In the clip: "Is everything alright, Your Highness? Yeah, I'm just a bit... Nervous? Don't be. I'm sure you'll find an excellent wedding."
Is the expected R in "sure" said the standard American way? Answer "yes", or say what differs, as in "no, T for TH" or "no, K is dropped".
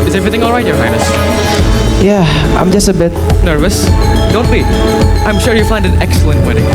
yes